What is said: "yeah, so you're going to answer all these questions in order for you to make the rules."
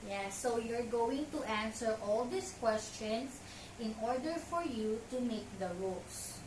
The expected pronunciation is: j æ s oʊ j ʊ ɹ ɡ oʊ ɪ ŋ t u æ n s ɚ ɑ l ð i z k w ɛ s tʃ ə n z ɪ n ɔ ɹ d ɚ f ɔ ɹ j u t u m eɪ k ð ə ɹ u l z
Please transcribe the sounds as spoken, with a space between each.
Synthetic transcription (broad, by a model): j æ s oʊ j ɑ ɹ ɡ oʊ ɪ ŋ t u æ n s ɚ ɑ l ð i s k w ɛ s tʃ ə n s ɪ n ɔ ɹ d ɚ f ɔ ɹ j u t u m eɪ k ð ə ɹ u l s